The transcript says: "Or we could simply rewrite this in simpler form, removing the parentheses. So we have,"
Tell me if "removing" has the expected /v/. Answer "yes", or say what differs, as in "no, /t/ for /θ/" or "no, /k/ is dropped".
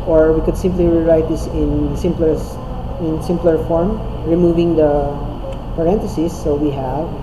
yes